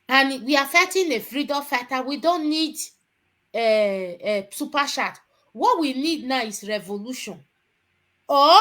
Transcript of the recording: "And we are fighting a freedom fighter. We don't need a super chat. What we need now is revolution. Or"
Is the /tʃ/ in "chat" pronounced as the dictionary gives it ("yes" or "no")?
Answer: no